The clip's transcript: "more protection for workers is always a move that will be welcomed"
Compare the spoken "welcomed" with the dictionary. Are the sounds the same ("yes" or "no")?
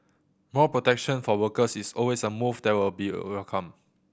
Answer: no